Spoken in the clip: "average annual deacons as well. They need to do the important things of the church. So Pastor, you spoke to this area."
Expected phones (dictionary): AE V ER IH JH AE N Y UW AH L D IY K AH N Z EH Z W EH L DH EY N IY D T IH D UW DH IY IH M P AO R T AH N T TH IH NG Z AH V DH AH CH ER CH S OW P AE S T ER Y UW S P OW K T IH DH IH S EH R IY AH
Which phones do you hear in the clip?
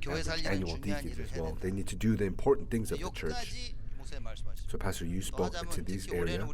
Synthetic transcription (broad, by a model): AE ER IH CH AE N Y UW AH L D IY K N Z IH Z W EH L DH EY N IY D T IH D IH DH IY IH M P AO R T N TH IH NG Z AH V DH AH CH ER CH S OW P AE S T ER Y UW S P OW K T IH DH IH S EH R IY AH